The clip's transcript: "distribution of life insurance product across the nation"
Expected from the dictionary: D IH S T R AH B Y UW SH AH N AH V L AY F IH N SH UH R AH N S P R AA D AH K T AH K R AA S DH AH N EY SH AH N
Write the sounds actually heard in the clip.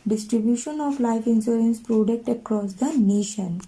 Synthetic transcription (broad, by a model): D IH S T R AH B Y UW SH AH N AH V L AY F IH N S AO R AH N S P R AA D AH K T AH K R AA S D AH N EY SH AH N